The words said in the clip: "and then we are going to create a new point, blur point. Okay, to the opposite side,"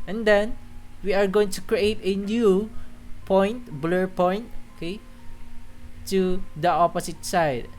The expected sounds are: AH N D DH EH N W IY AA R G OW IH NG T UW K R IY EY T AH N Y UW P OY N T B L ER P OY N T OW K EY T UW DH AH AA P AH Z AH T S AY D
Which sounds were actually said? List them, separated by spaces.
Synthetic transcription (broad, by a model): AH N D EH N W IY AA R G OW IH NG T UW K R IY EY T AH N Y UW P OY N T B L ER P OY N T OW K EY T UW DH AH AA P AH S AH T S AY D